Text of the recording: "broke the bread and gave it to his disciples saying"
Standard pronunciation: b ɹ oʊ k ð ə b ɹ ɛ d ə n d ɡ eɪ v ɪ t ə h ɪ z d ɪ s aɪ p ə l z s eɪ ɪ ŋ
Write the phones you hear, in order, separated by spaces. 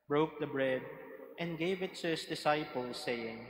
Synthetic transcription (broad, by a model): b ɹ oʊ k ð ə b ɹ ɛ d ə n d ɡ eɪ v ɪ t ə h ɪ s d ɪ s aɪ p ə l s eɪ ɪ ŋ